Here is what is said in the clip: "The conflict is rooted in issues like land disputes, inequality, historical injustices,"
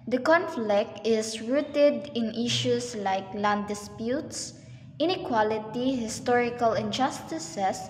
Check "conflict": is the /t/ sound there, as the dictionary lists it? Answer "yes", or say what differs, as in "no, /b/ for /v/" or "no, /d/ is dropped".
yes